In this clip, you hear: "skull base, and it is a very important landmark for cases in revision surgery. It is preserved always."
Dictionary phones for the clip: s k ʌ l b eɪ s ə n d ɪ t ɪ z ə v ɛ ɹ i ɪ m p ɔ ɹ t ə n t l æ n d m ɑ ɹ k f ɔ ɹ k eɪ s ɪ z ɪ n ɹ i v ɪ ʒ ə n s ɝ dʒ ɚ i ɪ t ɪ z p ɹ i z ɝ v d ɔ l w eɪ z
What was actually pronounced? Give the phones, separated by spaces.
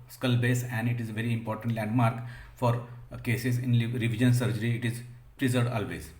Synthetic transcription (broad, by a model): s k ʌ l b eɪ s ə n d ɪ t ɪ z v ɛ ɹ i ɪ m p ɔ ɹ t ə n t l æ n d m ɑ ɹ k f ɔ ɹ k eɪ s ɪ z ɪ n ɹ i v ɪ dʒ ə n s ɝ dʒ ɚ i ɪ t ɪ z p ɹ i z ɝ d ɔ l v eɪ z